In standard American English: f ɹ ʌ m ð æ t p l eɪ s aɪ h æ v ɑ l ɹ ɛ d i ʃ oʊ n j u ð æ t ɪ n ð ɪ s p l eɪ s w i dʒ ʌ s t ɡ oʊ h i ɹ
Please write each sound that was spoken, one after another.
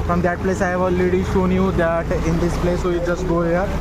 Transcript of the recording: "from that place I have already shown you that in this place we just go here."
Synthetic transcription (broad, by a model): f ɹ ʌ m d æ t p l eɪ s aɪ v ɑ l ɛ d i ʃ oʊ n j u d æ t ɪ n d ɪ s p l eɪ s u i dʒ ʌ s t ɡ oʊ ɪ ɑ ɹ